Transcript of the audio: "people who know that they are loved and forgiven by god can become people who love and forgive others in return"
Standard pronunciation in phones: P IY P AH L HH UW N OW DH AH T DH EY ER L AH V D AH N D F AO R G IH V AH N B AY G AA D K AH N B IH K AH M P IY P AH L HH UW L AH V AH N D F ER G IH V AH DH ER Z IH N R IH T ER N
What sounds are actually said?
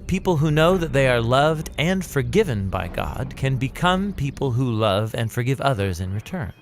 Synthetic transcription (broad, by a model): P IY P L HH UW N OW DH AH T DH EY ER L AH V D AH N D F AO R G IH V AH N B AY G AA D K AH N B IH K AH M P IY P L HH UW L AH V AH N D F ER G IH V AH DH ER Z IH N R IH T ER N